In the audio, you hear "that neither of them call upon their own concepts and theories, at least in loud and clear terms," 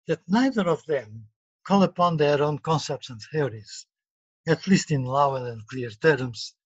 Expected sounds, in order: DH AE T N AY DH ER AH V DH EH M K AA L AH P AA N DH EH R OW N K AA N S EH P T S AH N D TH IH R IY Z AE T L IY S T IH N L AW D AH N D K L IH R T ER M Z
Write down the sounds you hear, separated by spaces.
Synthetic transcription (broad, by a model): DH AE T N AY DH ER AH V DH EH M K AA L AH P AA N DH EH R OW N K AA N S EH P T S AH N D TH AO R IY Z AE T L IY S T IH N L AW AH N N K L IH R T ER M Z